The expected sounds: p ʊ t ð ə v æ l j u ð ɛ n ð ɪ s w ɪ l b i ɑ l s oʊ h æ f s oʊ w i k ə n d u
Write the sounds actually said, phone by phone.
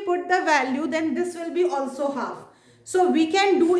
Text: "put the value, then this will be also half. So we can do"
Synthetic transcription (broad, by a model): p ʊ t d ə v æ l j u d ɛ n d ɪ s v ɪ l b i ɑ l s oʊ h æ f s oʊ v i k ə n d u